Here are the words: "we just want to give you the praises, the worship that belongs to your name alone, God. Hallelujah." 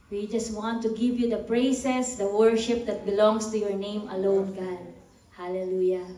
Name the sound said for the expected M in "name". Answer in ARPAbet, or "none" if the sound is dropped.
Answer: M